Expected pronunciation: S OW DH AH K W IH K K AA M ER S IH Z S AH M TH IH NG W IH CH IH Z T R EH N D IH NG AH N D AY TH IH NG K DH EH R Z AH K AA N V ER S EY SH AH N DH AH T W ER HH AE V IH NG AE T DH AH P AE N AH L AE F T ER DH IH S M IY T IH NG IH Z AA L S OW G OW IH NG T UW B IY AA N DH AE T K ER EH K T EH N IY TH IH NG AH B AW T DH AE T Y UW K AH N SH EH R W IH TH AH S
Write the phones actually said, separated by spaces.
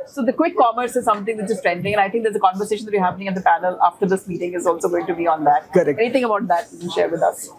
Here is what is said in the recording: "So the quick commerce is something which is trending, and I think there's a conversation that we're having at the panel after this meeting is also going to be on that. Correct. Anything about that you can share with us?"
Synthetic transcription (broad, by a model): S OW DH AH K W IH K K AA M ER S IH Z S AH M T IH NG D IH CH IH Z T R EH N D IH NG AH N AY T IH NG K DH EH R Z AH K AA N V ER S EY SH AH N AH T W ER HH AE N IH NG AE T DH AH P AE N AH L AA F T ER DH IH S M IY T IH NG IH Z AA L S OW G OW IH NG T UW B IY AA N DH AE T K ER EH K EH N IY T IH NG AH B AW T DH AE T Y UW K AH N SH EH R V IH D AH S